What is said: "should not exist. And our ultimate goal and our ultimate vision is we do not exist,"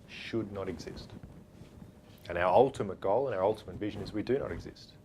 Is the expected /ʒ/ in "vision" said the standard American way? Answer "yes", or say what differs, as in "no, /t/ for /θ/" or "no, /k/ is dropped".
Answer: yes